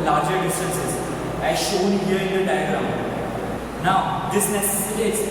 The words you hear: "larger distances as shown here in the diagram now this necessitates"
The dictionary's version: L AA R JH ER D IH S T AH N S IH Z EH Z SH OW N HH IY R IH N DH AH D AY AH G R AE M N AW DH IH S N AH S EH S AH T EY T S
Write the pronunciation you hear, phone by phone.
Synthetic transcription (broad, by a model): L AA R JH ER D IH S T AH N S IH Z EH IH SH OW N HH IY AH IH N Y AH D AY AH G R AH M N AW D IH S N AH S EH S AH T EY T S